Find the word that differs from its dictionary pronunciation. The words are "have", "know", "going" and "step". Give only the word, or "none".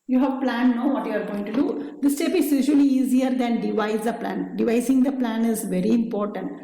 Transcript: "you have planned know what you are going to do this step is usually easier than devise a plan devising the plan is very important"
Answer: none